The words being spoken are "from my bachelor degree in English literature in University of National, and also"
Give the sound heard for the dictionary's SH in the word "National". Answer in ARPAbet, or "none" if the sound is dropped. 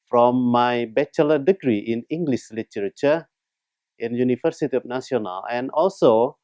S